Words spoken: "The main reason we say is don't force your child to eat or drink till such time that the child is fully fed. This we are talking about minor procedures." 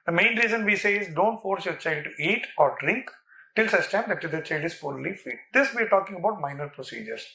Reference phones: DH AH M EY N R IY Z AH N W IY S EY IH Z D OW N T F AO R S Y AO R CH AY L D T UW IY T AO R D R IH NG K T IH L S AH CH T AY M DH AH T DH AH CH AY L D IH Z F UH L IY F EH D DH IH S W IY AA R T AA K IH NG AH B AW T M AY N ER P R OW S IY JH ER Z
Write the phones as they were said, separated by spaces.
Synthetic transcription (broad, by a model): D AH M EY N R IY Z AH N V IY S EY IH Z D OW N T F AO R S Y AO R CH AY L D T UW IY T AO R D R IH NG K T IH L S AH S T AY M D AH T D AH CH AY L D IH Z F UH L IY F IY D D IH S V IY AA R T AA K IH NG AH B AW T M AY N ER P R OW S IY JH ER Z